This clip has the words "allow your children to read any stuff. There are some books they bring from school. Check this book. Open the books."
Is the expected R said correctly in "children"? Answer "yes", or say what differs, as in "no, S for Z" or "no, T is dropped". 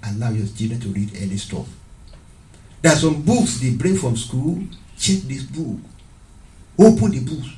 no, R is dropped